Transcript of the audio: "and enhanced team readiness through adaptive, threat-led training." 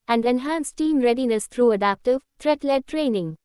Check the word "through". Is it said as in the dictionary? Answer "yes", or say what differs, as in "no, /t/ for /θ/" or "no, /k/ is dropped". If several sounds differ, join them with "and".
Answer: no, /t/ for /θ/